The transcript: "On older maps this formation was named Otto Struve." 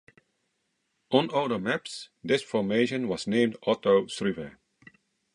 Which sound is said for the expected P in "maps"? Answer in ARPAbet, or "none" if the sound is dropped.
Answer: P